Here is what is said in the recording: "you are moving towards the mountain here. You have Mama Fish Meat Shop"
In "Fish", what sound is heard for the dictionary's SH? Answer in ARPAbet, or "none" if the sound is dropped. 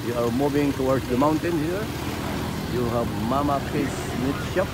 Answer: S